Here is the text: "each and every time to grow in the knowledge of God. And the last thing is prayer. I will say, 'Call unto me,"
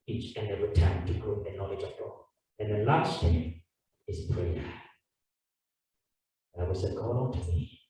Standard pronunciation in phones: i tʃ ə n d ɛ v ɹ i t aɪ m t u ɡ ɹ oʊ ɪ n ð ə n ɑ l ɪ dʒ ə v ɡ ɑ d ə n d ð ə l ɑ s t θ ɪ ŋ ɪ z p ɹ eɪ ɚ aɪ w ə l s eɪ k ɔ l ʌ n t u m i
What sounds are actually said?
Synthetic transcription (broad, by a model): i tʃ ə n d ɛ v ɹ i t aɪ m t u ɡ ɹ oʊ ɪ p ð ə n ɑ l ɪ dʒ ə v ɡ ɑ ə n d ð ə l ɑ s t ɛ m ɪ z p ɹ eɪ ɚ aɪ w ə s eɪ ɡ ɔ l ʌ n t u m i